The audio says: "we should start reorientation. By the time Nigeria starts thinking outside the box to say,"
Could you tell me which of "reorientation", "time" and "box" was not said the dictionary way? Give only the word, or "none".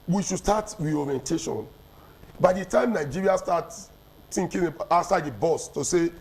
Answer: box